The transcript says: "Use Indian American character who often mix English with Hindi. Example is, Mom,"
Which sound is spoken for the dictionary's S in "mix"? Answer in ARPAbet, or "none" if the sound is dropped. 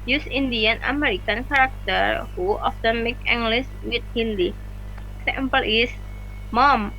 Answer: none